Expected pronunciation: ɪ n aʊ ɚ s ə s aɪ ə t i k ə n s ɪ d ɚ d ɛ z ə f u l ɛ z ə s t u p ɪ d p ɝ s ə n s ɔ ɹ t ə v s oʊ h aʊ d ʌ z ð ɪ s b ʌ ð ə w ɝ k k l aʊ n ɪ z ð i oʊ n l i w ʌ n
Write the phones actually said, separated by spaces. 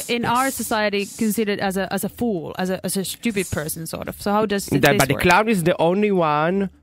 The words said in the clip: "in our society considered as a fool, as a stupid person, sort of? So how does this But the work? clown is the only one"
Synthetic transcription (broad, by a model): ɪ n aʊ ɚ s ə s aɪ ə t i k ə n s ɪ d ɚ d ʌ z ə f u l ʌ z ə s t u p ɪ d p ɝ s ə n s ɔ ɹ t ə v s oʊ h aʊ d ʌ z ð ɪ b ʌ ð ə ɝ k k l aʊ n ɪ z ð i oʊ n l i w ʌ n